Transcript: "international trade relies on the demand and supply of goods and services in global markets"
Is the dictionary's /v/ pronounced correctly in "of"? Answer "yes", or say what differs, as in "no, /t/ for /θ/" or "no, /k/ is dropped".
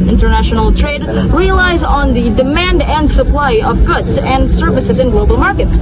yes